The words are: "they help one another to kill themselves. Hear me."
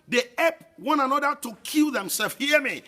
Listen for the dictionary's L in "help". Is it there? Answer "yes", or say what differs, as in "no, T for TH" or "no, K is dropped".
no, L is dropped